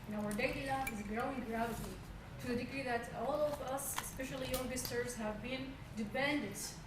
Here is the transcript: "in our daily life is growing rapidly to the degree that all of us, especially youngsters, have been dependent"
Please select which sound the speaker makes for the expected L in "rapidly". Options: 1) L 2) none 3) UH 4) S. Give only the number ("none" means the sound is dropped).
2